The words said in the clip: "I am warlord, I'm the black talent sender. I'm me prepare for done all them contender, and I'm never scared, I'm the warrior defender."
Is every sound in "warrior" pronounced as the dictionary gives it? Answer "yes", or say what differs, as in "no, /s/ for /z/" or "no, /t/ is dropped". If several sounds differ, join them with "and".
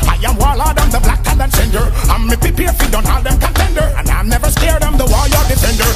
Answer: no, /l/ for /ɹ/